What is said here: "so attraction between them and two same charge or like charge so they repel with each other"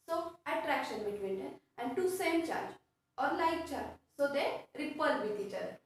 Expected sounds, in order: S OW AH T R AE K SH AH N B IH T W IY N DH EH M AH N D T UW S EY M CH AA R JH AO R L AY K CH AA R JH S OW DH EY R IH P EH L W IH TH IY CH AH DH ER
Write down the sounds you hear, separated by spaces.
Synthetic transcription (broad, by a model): S OW AH T R AE K SH AH N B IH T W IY N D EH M AH N D T UW S EY M CH AA R JH AO R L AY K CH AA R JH S OW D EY R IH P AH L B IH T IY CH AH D